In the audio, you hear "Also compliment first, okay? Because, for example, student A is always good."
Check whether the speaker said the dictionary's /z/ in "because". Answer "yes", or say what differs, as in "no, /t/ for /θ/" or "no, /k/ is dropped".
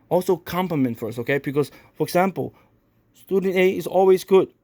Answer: no, /s/ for /z/